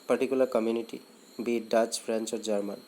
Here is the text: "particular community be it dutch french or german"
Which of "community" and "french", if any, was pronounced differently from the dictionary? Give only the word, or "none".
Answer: french